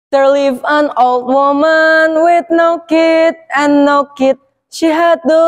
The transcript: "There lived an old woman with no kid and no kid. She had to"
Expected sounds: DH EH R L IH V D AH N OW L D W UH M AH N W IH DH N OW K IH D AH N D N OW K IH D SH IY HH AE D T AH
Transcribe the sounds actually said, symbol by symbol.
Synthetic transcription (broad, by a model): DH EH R L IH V AH N OW L D W UH M AH N W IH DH N OW K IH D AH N N OW K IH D SH IY HH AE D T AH